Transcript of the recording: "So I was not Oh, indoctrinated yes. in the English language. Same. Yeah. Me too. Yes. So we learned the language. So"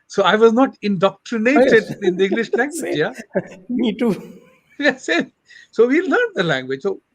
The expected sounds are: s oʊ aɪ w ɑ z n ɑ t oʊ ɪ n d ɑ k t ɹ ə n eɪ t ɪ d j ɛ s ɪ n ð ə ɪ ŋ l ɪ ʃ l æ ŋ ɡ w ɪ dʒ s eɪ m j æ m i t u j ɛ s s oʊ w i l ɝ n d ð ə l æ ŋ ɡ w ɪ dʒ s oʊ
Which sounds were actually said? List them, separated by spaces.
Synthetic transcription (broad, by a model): s oʊ aɪ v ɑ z n ɑ t ɪ n d ɑ k t ɹ ə n eɪ t ɪ d ɪ n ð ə ɪ ŋ l ɪ ʃ l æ ŋ ɡ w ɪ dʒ j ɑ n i t u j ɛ s s oʊ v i l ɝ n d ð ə l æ ŋ ɡ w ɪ dʒ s oʊ